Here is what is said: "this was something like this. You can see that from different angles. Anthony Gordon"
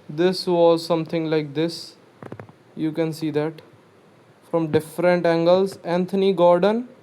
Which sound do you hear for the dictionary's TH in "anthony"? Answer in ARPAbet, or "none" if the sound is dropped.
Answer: T